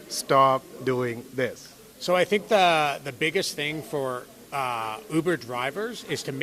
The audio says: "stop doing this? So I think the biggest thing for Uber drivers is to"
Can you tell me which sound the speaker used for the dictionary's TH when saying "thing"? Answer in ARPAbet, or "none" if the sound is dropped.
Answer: TH